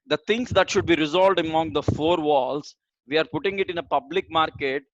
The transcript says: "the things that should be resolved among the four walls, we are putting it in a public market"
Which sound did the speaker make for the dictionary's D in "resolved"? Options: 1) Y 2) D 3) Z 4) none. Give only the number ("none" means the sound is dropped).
2